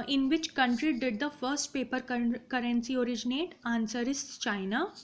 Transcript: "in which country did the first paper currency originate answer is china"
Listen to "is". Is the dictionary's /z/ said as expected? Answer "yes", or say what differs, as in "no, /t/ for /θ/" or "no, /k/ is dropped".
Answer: no, /s/ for /z/